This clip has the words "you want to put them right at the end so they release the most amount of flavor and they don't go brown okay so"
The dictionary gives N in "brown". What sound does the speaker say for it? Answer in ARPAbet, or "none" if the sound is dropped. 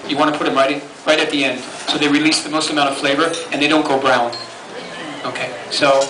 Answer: N